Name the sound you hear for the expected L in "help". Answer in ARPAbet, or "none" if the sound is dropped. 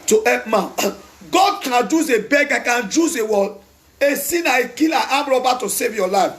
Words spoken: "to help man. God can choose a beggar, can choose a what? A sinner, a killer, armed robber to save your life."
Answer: none